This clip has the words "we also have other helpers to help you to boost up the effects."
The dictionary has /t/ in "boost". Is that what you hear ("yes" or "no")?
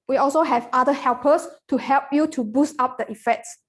yes